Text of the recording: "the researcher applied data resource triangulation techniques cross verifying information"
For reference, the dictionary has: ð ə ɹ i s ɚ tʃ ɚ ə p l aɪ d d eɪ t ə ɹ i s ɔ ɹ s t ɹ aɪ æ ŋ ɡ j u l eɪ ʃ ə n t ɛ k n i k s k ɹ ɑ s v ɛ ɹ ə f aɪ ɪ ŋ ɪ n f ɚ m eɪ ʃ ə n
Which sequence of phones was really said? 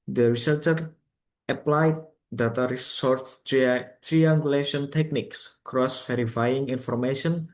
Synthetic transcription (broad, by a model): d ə ɹ i s ɚ tʃ ɚ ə p l aɪ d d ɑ t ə ɹ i s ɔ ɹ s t ɹ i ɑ ŋ ɡ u l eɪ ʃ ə n t ɛ k n i k s k ɹ ɑ s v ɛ ɹ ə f aɪ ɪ ŋ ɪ n f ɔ m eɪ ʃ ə n